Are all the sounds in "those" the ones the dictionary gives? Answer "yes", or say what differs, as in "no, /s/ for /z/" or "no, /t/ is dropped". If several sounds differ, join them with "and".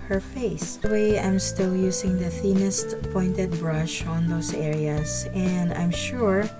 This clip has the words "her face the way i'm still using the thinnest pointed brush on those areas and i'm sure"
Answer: no, /s/ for /z/